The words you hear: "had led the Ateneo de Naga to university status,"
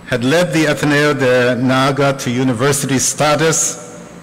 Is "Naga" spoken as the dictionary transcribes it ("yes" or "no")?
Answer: yes